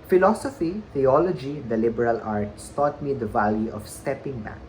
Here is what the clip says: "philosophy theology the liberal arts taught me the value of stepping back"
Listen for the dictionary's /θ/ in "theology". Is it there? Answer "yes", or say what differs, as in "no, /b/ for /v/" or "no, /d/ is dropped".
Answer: no, /t/ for /θ/